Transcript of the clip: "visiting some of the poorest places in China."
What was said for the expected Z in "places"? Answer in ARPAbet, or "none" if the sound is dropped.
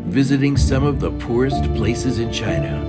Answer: Z